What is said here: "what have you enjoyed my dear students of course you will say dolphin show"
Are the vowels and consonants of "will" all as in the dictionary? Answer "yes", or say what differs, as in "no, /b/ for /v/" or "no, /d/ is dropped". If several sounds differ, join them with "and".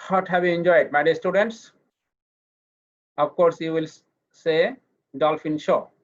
yes